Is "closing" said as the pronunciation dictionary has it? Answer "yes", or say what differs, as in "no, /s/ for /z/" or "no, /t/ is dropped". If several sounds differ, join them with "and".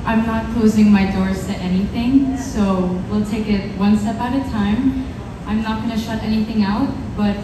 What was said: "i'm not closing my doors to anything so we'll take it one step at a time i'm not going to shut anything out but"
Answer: yes